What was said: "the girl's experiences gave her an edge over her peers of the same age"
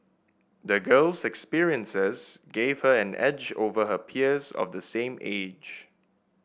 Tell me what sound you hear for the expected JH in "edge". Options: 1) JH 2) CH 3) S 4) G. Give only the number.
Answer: 1